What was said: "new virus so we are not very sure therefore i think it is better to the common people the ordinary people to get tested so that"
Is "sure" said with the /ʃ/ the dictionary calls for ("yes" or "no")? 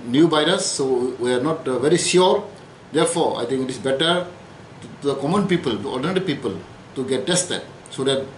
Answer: no